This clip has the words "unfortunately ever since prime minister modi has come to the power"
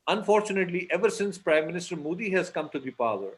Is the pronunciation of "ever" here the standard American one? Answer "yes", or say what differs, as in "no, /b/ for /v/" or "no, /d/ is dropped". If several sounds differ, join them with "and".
yes